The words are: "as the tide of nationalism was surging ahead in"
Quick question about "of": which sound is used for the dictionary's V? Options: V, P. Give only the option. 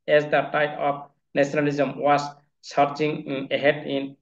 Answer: P